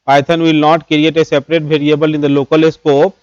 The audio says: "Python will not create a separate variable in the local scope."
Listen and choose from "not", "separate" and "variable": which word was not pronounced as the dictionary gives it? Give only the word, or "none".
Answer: variable